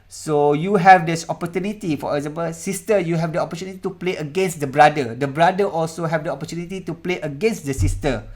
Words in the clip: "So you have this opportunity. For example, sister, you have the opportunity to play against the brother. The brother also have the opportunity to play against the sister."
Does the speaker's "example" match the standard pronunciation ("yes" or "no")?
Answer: no